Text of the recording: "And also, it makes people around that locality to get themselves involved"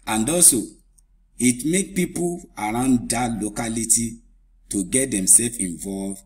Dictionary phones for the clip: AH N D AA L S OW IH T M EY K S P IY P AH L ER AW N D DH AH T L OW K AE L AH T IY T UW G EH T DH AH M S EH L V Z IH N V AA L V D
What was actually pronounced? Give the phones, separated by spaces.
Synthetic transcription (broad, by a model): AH N D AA S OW IH T M EY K P IY P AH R AW N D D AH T L OW K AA L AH T IY T UW G EH T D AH M S EH L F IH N V AA L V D